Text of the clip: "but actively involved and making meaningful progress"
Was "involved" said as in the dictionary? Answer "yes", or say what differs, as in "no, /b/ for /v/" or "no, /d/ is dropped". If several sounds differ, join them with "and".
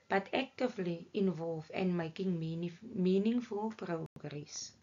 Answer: no, /d/ is dropped